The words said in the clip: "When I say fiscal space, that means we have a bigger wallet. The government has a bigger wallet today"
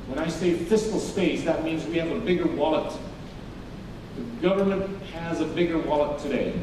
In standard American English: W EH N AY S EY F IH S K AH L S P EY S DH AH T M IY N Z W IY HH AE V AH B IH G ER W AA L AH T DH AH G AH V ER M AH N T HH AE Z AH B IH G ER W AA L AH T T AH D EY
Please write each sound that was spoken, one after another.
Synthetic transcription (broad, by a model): W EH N AY S EY F IH S K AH L S P EY S DH AH T M IY N Z W IY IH V AH B IH G ER W AA L AH T DH AH G AH V ER M AH N T HH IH Z AH B IH G ER W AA L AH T T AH D EY